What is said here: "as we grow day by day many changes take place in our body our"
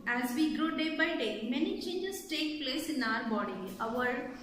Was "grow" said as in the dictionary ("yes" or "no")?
yes